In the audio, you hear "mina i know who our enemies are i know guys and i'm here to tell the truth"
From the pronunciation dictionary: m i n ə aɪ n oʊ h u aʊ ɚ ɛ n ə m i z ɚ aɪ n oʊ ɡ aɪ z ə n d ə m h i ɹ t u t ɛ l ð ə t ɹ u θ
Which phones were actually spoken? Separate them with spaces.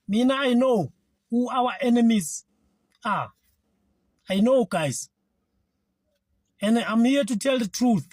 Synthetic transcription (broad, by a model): m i n aɪ n oʊ h u aʊ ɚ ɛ n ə m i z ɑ aɪ n oʊ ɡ aɪ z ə n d ə m h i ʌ t u t ɛ l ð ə t ɹ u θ